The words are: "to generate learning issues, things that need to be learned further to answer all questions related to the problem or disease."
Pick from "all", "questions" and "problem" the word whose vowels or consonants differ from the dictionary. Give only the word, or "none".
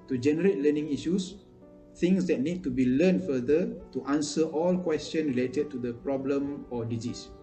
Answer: questions